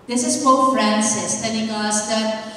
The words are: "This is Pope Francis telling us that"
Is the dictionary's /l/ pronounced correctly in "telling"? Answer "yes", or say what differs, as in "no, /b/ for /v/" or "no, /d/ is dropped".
no, /n/ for /l/